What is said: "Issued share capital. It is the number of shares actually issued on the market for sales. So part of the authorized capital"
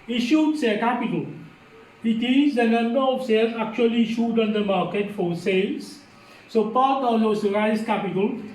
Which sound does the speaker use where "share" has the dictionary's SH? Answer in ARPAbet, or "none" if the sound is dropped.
S